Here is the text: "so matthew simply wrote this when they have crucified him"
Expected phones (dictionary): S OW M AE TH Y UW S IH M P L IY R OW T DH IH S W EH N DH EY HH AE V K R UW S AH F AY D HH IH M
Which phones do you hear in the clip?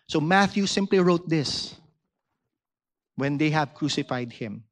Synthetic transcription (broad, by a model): S OW M AE TH Y UW S IH M P L IY R OW T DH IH S W EH N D EY HH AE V K R UW S AH F AY D HH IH M